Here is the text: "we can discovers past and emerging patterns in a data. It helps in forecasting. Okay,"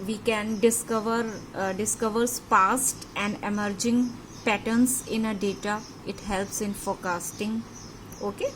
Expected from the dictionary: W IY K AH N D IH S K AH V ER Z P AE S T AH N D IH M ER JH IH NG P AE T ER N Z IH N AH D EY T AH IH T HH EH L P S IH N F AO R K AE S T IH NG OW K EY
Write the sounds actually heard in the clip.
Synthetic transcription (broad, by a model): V IY K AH N D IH S K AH V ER S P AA S T AH N D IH M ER JH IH NG P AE T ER N S IH N AH D EY T AH IH T HH EH L P S IH N F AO R K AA S T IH NG OW K EY